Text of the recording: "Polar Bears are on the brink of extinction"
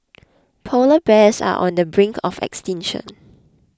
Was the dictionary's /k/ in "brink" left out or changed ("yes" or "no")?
no